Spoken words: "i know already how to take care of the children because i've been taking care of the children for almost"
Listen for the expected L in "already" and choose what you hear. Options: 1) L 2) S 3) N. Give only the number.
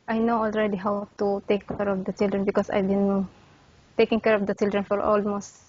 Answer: 1